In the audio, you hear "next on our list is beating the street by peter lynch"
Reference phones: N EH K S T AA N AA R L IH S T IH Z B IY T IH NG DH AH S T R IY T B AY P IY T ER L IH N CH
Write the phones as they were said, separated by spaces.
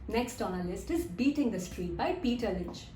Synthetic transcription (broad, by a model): N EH K S T AA N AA L IH S T IH Z B IY T IH NG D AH S T R IY T B AY P IY T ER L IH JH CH